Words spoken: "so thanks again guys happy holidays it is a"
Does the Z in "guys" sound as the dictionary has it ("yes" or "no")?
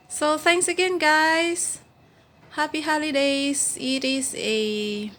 no